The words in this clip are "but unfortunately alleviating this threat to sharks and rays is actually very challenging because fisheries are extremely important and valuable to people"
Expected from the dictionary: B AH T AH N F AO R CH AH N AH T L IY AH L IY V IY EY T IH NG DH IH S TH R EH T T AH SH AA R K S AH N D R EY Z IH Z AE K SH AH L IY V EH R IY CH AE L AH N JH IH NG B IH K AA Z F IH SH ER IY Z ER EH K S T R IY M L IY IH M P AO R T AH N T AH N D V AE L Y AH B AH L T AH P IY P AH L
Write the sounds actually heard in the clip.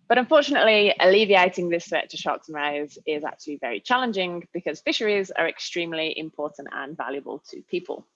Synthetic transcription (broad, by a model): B AH T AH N F AO CH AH N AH T L IY AH L IY V IY EY T IH NG DH IH S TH R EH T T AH SH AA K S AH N R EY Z IH Z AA K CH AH L IY V EH R IY CH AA L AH N JH IH NG B IH K AA Z F IH SH ER IY Z ER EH K S T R IY M L IY IH M P AO T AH N T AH N V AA L Y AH B AH L T AH P IY P AH L